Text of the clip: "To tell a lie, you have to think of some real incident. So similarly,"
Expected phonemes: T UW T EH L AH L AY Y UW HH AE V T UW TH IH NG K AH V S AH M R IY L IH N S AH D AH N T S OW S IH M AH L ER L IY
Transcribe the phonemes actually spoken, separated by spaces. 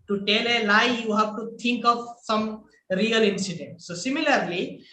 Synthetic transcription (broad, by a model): T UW T EH L AH N AY Y UW HH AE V T UW T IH NG K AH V S AH M R IY L IH N S AH D AH N T S OW S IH M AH L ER L IY